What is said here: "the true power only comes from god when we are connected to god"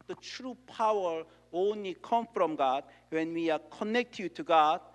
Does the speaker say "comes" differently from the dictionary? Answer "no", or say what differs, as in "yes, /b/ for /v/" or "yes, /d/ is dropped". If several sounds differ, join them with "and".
yes, /z/ is dropped